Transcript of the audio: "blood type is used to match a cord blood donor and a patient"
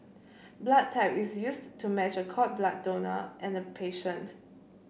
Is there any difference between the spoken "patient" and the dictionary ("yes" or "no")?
no